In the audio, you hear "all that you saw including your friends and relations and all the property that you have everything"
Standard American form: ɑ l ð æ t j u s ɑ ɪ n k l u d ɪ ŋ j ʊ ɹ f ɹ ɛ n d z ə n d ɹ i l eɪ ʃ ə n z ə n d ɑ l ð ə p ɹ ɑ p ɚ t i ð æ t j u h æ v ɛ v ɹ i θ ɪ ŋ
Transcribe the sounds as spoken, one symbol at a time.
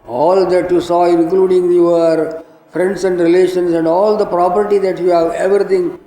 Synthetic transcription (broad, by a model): ɑ l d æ t j u s ɑ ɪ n k l u d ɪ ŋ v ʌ ɹ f ɹ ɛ n d s ə n d ɹ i l eɪ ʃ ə n s ə n d ɑ l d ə p ɹ ɑ p ɚ t i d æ t j u h æ v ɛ v ɹ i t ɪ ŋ